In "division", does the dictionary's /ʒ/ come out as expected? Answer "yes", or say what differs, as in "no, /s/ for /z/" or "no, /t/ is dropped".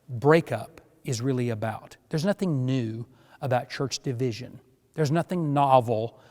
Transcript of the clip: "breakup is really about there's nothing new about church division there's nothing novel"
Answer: yes